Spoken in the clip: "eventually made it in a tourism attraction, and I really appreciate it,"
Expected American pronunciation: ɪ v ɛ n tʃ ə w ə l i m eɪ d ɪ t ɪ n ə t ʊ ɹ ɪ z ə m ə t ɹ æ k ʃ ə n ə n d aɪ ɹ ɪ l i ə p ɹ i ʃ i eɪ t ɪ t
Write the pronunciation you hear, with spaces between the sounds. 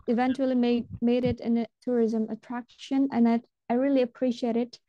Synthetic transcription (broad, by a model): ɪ v ɛ n tʃ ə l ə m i m eɪ d ɪ t ɪ n ə t ʊ ɹ ɪ z ə m ə t ɹ æ k ʃ ə n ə n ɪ aɪ ɹ ɪ l i ə p ɹ i ʃ i eɪ t ɪ t